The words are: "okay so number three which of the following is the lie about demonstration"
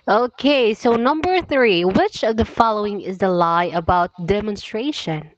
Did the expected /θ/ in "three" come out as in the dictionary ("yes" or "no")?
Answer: yes